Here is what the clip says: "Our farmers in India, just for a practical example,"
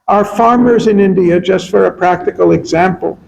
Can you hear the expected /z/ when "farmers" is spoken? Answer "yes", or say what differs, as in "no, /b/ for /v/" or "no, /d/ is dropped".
yes